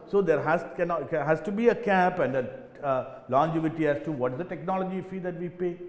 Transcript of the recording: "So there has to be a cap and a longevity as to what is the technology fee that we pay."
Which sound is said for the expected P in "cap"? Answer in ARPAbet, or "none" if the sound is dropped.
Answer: P